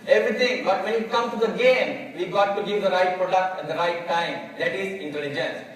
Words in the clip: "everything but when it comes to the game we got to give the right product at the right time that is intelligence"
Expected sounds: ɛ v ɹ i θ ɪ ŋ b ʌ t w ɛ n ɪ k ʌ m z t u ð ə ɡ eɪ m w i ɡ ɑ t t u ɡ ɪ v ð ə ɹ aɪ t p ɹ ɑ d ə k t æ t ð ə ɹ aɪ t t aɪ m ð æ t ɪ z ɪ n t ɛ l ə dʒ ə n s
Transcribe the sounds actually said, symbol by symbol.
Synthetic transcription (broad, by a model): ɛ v ɹ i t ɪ ŋ b ʌ t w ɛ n ɪ k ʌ m t u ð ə ɡ eɪ m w i ɡ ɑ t t u ɡ ɪ v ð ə ɹ aɪ t p ɹ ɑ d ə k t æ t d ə ɹ aɪ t t aɪ m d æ t ɪ z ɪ n t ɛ l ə dʒ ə n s